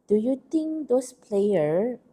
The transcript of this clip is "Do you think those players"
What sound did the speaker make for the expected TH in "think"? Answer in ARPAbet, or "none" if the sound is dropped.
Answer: T